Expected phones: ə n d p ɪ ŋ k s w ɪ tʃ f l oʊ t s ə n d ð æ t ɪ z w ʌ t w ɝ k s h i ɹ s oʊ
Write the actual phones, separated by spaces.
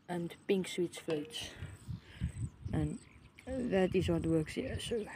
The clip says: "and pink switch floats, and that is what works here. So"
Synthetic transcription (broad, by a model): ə n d p ɪ ŋ k s w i s f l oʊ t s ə n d ð æ t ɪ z w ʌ t w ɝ k s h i s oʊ